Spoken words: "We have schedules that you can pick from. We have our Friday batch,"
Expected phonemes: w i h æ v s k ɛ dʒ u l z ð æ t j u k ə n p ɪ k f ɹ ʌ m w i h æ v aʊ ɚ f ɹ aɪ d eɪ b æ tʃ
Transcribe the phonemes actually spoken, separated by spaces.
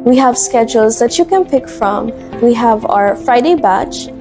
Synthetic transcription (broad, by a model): w i h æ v s k ɛ dʒ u l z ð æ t j u k ə n p ɪ k f ɹ ʌ m w i h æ v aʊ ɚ f ɹ aɪ d eɪ b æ tʃ